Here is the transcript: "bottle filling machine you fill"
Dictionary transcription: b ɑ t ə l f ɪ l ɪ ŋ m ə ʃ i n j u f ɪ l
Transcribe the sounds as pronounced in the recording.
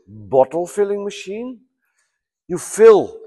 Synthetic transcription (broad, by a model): b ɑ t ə l f ɪ l ɪ ŋ m ə ʃ i n j u f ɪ l